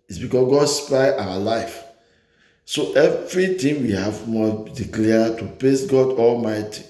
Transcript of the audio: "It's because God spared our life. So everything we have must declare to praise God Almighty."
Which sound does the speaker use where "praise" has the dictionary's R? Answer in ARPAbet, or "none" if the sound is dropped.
L